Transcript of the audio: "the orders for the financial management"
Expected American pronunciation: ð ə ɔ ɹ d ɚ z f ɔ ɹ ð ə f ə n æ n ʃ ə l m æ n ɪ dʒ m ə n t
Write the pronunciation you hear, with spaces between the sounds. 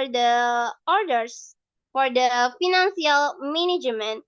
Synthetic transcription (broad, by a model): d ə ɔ ɹ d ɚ s f ɔ ɹ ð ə f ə n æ n s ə l m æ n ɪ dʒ m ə n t